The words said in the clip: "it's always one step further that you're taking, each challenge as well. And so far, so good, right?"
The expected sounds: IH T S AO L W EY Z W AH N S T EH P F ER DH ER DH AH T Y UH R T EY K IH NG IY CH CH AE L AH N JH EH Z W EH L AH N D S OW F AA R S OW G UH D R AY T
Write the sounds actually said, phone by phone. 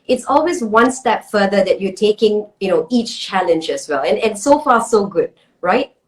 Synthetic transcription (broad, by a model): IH T S AO L W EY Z W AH N S T EH P F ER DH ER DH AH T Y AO T EY K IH NG IY CH CH AE L AH N JH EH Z W EH L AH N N S OW F AA S OW G UH D R AY T